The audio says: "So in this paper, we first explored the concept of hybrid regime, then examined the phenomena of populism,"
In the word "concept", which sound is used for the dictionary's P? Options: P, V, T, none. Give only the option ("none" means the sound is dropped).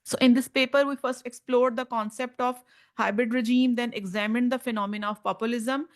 P